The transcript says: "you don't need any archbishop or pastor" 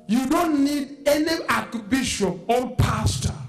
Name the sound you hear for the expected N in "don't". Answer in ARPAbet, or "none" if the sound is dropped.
N